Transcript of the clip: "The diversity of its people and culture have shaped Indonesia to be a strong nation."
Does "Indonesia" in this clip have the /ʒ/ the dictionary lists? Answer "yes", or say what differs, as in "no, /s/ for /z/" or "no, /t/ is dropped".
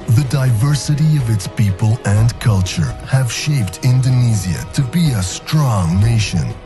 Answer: no, /z/ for /ʒ/